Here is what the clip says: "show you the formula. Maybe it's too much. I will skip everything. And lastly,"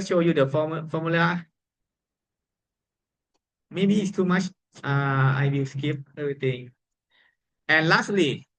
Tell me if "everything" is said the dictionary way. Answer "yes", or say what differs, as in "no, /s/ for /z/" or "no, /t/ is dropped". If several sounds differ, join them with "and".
no, /t/ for /θ/